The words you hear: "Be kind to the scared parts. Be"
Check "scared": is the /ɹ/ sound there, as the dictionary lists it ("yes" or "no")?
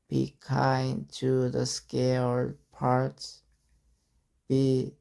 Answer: no